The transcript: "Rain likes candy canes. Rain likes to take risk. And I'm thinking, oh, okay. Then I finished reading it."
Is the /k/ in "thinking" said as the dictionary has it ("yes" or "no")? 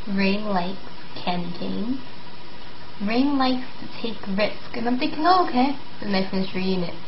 yes